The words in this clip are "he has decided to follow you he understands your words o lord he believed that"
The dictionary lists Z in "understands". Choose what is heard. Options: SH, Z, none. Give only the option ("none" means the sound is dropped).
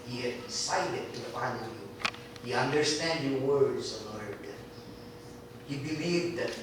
none